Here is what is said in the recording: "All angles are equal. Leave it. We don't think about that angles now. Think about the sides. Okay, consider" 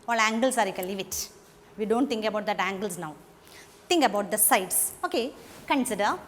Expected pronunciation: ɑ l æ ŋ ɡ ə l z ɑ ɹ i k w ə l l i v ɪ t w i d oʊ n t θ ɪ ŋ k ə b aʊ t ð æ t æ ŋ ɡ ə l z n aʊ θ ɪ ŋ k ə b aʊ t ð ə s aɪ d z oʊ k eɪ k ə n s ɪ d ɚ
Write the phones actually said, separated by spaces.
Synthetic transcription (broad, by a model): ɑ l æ ŋ ɡ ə l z ɑ ɹ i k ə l l i v ɪ t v i d oʊ n t t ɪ ŋ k ə b aʊ t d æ t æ ŋ ɡ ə l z n aʊ t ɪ ŋ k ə b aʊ t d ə s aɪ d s oʊ k eɪ k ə n s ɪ d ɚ